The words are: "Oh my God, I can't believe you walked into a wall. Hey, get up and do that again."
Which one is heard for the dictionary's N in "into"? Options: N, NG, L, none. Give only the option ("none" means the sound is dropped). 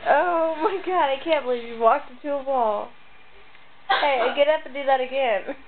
none